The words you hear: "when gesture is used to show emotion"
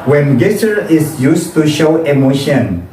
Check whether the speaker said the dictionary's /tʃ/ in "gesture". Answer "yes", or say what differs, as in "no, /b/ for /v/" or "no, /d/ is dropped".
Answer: no, /tʃ/ is dropped